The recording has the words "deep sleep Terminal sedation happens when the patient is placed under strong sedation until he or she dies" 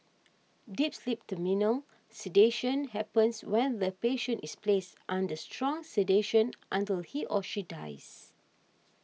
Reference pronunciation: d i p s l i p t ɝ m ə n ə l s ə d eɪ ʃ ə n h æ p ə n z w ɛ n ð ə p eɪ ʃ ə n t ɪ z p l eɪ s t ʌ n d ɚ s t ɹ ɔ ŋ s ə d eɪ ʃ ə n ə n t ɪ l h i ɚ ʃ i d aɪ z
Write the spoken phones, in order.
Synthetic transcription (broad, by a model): d i p s l i p t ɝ m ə n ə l s ə d eɪ ʃ ə n h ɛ p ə n s w ɛ n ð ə p eɪ ʃ ə n t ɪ s p l eɪ s t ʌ n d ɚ s t ɹ ɔ ŋ s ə d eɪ ʃ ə n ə n t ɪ l h i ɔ ʃ i d aɪ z